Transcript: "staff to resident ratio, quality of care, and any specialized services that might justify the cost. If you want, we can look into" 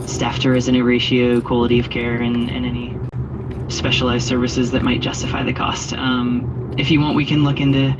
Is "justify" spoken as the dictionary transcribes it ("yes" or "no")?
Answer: no